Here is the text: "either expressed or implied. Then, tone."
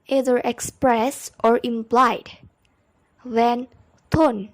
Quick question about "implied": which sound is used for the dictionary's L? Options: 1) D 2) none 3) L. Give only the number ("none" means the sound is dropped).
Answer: 3